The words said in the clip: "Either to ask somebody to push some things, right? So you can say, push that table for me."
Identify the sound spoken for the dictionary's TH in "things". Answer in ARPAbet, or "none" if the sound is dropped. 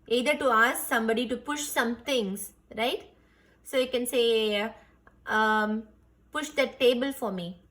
T